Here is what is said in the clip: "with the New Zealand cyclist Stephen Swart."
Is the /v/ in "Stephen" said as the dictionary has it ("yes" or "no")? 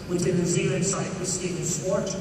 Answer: no